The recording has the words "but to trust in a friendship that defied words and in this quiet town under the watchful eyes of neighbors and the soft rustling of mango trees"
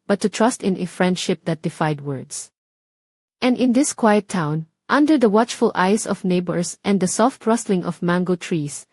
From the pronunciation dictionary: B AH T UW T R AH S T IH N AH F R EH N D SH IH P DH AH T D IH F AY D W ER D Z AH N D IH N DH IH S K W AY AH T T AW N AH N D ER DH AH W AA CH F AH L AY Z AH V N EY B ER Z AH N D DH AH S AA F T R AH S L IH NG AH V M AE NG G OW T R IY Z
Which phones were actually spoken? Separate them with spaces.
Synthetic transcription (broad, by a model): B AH T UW T R AH S T IH N AH F R EH N D SH IH P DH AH T D IH F AY D W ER D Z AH N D IH N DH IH S K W AY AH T T AW N AH N D ER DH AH W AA CH F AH L AY S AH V N EY B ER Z AH N D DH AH S AA F T R AH S L IH NG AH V M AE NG G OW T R IY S